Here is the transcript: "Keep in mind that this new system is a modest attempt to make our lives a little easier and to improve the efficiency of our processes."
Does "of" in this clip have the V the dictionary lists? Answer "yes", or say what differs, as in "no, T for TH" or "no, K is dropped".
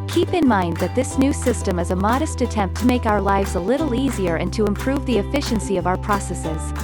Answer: yes